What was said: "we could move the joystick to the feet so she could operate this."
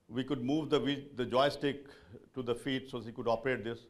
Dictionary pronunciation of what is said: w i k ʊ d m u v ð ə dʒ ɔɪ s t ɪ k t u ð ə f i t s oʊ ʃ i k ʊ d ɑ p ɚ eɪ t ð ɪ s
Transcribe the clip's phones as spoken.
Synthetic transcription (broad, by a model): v i k ʊ d m u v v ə dʒ ɔɪ s t ɪ k t u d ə f i t s oʊ s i k ʊ d ɑ p ɚ eɪ t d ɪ s